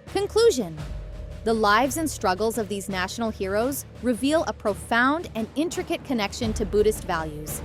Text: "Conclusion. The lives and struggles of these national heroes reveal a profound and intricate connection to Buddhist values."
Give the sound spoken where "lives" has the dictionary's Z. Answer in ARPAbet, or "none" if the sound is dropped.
Z